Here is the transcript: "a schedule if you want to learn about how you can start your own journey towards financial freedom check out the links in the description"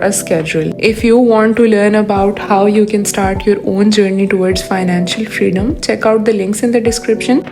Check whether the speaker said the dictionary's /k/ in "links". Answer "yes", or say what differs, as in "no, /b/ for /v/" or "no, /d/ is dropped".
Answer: yes